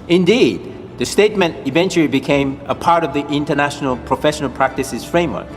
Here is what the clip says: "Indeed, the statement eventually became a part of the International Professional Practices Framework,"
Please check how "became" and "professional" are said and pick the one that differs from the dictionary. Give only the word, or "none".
none